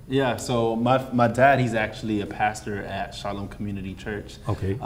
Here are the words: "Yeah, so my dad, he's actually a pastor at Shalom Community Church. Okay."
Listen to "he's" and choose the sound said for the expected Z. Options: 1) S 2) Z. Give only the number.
2